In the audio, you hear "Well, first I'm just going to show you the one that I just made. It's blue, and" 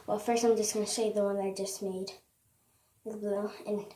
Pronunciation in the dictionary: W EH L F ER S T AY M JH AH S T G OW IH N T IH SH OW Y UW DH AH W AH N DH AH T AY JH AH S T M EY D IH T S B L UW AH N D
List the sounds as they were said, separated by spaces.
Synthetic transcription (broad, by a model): W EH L F ER S T AY M JH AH S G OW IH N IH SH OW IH DH AH W AH N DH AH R JH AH S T M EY IH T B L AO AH N